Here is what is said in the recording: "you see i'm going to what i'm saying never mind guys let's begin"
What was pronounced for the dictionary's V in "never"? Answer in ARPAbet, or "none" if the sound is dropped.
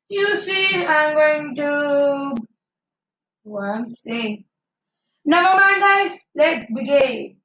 B